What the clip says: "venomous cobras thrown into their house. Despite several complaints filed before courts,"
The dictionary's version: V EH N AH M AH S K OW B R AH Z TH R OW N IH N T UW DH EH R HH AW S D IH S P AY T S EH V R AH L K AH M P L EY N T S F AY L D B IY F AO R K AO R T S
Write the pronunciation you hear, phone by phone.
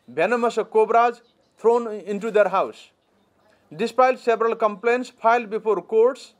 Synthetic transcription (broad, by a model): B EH N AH M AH S K OW B R AH Z T R OW N IH N T UW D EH R HH AW S D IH S P AY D S EH B R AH L K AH M P L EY N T S P AY L D B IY P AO R K AO R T S